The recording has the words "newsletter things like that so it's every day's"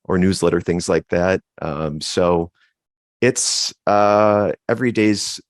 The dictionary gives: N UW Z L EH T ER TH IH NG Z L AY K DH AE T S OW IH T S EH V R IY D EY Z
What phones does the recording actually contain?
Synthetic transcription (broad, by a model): N UW Z L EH T ER TH IH NG Z L AY K DH AE T S OW IH T S EH V R IY D EY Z